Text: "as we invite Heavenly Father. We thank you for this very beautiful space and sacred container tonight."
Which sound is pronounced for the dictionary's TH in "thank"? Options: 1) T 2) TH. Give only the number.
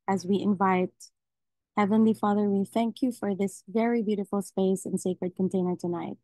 2